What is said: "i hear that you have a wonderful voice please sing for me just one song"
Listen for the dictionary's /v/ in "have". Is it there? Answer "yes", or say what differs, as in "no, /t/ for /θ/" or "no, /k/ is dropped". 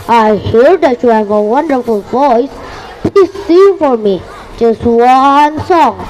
yes